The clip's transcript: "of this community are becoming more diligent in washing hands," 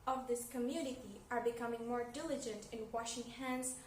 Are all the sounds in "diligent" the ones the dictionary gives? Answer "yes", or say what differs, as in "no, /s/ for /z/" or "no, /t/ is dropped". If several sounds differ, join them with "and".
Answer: yes